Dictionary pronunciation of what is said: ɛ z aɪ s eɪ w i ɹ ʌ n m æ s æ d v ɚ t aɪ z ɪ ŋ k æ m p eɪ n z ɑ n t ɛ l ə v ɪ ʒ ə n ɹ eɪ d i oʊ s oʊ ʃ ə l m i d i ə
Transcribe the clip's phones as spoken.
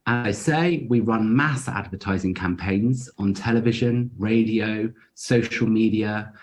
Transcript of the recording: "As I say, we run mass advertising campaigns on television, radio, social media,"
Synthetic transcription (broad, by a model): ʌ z aɪ s eɪ w i ɹ ʌ n m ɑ s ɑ d v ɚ t aɪ z ɪ ŋ k æ m p eɪ n z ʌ n t ɛ l ə v ɪ ʒ ə n ɹ eɪ d i oʊ s oʊ ʃ ə l m i d i ə